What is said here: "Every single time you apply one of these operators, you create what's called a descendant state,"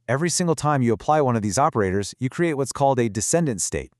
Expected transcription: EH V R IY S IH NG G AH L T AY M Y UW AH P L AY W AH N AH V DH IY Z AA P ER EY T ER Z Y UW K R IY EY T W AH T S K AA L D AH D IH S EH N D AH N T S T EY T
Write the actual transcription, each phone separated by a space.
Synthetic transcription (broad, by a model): EH V R IY S IH NG G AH L T AY M Y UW AH P L AY W AH N AH V DH IY Z AA P ER EY T ER Z Y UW K R IY EY T W AH T S K AA L D AH D IH S EH N D AH N T S T EY T